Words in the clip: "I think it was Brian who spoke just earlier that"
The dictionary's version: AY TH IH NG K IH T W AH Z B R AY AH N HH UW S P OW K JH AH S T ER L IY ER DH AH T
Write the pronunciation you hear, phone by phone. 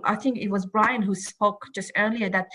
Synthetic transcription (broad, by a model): AY TH IH NG K IH T W AH Z B R AY AH N HH UW S P OW K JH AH S T ER L IY ER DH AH T